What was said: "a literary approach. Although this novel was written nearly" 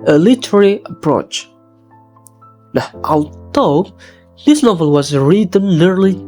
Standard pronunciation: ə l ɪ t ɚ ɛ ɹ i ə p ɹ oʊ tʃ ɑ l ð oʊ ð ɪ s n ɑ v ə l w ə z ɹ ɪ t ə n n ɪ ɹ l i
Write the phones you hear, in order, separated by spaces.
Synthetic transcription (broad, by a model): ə l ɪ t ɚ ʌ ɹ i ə p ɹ oʊ tʃ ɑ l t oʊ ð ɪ s n ɑ v ə l w ə z ɹ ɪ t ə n n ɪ ɹ l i